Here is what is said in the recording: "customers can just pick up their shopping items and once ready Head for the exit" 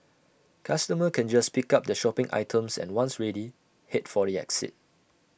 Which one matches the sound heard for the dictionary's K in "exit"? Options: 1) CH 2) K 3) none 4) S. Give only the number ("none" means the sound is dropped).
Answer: 2